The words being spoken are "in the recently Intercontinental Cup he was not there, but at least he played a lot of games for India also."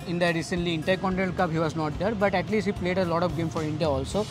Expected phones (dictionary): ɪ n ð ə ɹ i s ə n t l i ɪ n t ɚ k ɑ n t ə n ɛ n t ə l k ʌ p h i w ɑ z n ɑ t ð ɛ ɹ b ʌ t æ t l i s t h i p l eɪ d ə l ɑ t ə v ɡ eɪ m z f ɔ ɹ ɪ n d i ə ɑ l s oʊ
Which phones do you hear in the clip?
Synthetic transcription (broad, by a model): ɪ n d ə ɹ i s ə n t l i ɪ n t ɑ k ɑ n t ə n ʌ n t k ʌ b h i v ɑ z n ɑ t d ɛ ɹ b ʌ t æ t l i s t h i p l eɪ d ə l ɑ t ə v ɡ eɪ m f ɔ ɹ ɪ n d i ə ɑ l s oʊ